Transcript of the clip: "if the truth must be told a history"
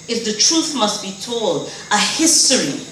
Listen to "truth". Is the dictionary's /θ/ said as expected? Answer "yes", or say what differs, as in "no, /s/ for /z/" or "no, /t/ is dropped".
yes